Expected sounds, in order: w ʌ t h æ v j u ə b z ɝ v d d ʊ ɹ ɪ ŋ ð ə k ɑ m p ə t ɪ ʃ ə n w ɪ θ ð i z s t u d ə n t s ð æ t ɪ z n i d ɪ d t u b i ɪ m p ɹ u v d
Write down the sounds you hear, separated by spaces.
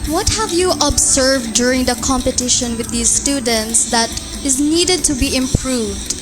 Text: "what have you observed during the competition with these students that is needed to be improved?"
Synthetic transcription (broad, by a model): w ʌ t h æ v j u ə b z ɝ v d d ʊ ɹ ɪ ŋ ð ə k ɑ m p ə t ɪ ʃ ə n w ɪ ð i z s t u d ə n t s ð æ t ɪ z n i d ɪ d t u b i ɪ m p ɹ u v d